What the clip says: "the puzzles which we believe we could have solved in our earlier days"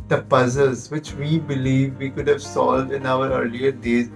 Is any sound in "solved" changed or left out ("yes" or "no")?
no